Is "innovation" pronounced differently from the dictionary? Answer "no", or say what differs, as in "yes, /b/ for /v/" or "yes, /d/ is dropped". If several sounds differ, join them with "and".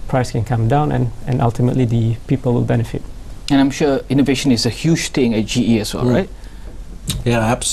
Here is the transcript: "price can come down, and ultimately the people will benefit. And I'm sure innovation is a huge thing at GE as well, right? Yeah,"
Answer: no